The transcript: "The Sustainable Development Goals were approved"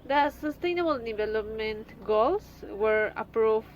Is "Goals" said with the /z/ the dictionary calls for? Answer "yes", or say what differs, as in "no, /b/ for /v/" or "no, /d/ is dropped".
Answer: no, /s/ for /z/